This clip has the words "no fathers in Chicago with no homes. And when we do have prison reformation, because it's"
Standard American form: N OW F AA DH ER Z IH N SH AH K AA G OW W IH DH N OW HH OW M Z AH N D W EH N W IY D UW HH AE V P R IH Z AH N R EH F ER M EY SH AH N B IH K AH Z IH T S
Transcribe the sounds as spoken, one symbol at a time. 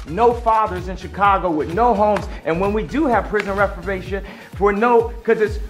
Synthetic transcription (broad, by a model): N OW F AA DH ER Z IH N SH AH K AA G OW W IH DH N OW HH OW M Z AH N W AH N W IY D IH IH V P R IH Z AH N R EH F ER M EY SH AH N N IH K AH Z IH T S